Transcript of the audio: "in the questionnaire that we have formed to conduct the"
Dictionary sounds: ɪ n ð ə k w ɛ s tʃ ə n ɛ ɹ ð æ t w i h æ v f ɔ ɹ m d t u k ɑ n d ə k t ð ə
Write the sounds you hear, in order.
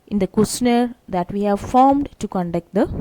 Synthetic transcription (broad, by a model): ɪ n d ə k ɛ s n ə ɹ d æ t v i h æ v f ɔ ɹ m d t u k ɑ n d ə k t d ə